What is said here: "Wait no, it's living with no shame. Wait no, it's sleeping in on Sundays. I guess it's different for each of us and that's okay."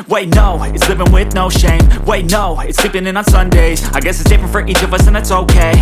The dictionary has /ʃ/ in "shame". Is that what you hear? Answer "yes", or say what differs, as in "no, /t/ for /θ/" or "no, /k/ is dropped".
yes